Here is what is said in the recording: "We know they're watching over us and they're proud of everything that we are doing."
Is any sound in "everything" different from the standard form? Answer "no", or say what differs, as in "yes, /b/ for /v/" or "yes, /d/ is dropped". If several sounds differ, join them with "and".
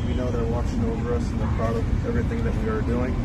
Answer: no